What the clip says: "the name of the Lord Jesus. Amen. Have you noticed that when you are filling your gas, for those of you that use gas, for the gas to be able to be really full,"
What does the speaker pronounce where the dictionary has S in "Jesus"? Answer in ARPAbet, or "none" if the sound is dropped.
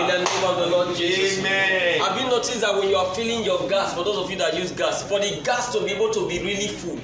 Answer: none